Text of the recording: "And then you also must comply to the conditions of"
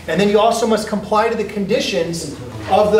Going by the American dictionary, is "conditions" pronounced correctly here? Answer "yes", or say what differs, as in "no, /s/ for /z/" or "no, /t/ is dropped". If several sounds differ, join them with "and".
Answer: yes